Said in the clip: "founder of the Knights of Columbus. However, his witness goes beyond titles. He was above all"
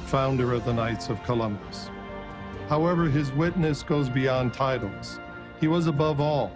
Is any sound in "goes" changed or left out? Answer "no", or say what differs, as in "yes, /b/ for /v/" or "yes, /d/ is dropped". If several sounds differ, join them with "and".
no